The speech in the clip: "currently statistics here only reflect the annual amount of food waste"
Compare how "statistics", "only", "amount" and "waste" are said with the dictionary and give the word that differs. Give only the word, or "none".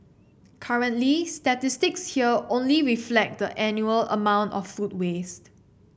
none